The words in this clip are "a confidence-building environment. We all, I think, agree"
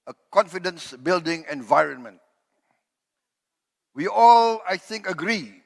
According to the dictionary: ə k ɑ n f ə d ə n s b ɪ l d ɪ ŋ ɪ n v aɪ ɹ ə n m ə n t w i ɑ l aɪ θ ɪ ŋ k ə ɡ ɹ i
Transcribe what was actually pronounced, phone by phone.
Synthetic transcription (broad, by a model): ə k ɑ n f ə d ə n s b ɪ l d ɪ ŋ ɪ n v aɪ ɹ ə n m ə n t w i ɑ l aɪ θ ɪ ŋ k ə ɡ ɹ i